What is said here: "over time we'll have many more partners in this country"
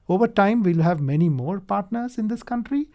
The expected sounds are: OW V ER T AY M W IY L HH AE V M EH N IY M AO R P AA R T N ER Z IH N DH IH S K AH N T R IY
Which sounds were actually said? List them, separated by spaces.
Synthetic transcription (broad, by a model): OW V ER T AY M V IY L HH AE V M EH N IY M AO R P AA R T N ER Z IH N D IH S K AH N T R IY